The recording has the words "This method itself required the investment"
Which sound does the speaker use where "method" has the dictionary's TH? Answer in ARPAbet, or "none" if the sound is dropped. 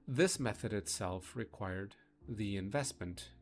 TH